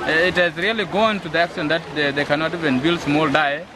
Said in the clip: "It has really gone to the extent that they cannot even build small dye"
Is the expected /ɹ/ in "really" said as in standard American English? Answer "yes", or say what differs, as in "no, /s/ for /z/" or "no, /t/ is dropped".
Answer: yes